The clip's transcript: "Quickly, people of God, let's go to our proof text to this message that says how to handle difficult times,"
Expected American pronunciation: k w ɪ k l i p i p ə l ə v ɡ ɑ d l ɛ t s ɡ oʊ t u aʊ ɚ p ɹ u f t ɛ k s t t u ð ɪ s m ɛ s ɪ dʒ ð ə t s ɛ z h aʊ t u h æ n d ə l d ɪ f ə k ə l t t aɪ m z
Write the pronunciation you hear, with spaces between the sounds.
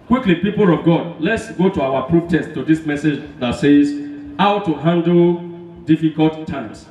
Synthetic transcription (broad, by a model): k w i k l i p i p ə l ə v ɡ ɑ d l ɛ t s ɡ oʊ t u aʊ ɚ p ɹ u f t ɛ s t t u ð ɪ s m ɛ s ɪ dʒ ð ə t s ɛ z h aʊ t u h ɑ n d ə l d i f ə k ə l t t aɪ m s